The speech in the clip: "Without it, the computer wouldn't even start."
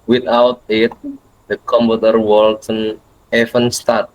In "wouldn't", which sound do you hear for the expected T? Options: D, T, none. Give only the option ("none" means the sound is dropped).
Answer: none